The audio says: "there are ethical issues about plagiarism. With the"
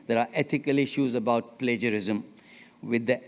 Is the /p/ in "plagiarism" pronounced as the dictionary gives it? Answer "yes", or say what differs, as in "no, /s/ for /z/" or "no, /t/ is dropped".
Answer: yes